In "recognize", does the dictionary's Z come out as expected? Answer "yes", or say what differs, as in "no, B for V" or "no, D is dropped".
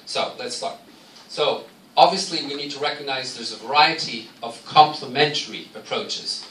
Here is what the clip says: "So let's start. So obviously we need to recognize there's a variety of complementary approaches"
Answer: yes